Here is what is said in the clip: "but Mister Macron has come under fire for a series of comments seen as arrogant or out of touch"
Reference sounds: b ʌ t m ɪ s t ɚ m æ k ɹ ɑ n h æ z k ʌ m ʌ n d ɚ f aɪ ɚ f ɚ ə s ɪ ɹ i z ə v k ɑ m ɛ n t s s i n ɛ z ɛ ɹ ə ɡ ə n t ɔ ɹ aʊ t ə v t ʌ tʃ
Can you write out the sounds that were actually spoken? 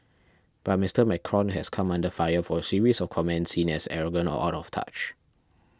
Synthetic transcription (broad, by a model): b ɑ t m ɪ s t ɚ m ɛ k ɹ ɑ n h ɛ s k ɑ m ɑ n d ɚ f aɪ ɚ f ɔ ə s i ɹ i s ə f k ɑ m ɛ n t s s i n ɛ s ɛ ɹ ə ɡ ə n ɔ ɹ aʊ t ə f t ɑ tʃ